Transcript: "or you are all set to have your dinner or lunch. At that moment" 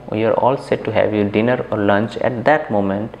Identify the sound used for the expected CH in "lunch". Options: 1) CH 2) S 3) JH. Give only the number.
1